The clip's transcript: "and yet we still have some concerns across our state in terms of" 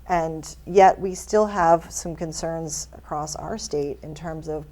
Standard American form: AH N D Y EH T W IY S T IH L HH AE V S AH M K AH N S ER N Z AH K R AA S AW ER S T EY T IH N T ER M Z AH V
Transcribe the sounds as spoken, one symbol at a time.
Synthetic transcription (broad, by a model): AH N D Y EH T W IY S T IH L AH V S AH M K AH N S ER N Z AH K R AA S AW ER S T EY T IH N T ER M Z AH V